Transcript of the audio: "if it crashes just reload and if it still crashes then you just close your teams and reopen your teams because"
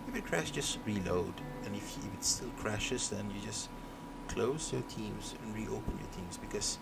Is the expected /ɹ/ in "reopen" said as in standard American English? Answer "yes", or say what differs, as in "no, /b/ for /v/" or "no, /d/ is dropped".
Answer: yes